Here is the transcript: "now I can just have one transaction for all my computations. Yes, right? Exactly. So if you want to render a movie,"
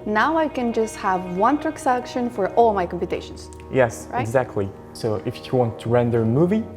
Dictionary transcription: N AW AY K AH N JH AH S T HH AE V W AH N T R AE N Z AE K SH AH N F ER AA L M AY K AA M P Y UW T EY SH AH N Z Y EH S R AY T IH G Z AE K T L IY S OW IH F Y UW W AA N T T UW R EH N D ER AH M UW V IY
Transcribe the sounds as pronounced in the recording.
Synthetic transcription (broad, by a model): N AW AY K AH N JH AH S T HH AE V W AH N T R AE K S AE K SH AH N F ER AA L M AY K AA M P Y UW T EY SH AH N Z Y EH S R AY IH G Z AE K T L IY S OW IH F Y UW W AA N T T UW R EH N D ER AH M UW V IY